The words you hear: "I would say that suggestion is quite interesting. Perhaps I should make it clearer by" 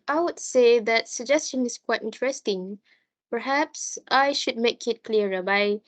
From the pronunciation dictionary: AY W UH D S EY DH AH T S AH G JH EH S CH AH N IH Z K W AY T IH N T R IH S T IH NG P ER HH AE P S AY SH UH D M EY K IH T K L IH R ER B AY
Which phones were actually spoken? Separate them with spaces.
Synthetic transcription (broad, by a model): AY W UH D S EY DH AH T S AH G JH EH S CH AH N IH S K W AY T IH N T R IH S T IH NG P ER HH AE P S AY SH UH D M EY K IH T K L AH R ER B AY